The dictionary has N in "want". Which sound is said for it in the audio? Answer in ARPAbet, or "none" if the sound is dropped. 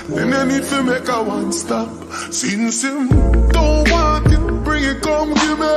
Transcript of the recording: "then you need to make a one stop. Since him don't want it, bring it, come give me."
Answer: none